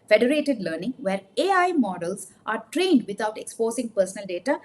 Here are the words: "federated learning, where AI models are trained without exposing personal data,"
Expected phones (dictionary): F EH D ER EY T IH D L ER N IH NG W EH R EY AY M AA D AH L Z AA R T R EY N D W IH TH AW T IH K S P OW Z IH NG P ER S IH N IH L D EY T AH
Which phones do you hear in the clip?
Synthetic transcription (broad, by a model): F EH D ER EY T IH D L ER N IH NG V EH R EY AY M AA D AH L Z AA R T R EY N D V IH T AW T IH K S P OW S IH NG P ER S IH N IH L D EY T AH